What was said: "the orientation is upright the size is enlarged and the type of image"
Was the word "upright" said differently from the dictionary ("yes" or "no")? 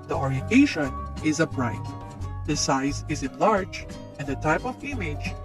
yes